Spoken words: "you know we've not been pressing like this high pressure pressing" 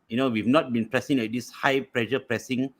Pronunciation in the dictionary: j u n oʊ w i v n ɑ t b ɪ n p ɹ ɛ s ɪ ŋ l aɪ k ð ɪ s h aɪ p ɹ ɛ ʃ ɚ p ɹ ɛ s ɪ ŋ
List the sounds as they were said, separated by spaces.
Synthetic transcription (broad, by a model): j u n oʊ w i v n ɑ t b ɪ n p ɹ ɛ s ɪ ŋ w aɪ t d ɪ s h aɪ p ɹ ɛ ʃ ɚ p ɹ ɛ s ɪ ŋ